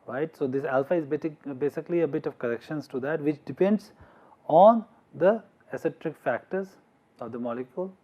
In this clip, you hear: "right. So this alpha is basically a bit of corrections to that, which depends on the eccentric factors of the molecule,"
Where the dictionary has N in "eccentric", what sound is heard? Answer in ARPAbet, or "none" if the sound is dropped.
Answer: none